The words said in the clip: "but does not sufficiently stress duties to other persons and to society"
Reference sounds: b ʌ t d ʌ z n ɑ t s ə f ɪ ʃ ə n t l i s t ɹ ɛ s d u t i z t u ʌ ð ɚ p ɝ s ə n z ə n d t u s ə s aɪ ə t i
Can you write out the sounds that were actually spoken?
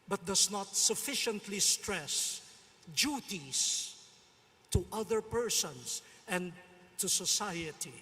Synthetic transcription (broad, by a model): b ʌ t d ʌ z n ɑ t s ə f ɪ ʃ ə n t l i s t ɹ ɛ s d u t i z t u ʌ ð ɚ p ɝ s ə n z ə n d t u s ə s aɪ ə t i